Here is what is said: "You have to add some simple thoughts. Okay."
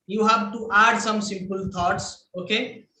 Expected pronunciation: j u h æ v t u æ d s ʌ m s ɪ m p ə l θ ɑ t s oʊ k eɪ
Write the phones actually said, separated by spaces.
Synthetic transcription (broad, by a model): j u h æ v t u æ d s ʌ m s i m p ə l t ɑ t s oʊ k eɪ